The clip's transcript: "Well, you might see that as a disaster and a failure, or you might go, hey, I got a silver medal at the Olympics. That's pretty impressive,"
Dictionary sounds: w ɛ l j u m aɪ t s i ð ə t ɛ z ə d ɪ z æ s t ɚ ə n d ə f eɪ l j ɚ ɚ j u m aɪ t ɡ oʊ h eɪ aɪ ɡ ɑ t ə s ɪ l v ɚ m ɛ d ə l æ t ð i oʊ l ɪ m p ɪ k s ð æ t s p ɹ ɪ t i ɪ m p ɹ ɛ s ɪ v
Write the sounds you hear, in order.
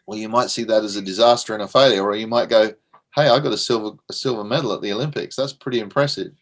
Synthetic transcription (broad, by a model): w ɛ l j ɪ m aɪ t s i ð ə t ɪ z ə d ɪ z æ s t ɚ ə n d ə f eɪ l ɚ ɚ j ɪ m aɪ t ɡ oʊ h eɪ aɪ ɡ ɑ t ə s ɪ l v ɚ m ɛ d l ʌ t ð i oʊ l ɪ m p ɪ k s ð æ t s p ɹ ɪ t i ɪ m p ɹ ɛ s ɪ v